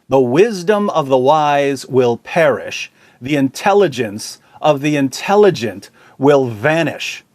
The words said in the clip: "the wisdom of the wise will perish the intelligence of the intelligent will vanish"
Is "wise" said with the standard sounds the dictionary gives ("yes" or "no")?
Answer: yes